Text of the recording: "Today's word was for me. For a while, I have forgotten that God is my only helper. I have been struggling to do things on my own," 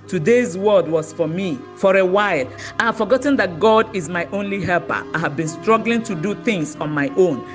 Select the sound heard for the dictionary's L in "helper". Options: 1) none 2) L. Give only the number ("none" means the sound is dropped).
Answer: 2